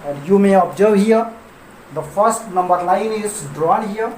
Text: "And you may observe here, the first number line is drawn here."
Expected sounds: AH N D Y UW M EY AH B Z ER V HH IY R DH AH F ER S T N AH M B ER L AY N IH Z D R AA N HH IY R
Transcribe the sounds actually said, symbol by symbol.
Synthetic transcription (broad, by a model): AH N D Y UW M EY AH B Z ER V HH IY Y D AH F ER S T N AH M B ER N AY N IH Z D R AA N HH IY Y